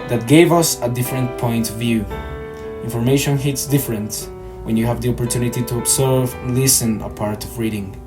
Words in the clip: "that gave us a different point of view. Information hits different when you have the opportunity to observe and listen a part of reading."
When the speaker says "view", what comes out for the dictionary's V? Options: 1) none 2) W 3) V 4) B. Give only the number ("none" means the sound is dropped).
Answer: 3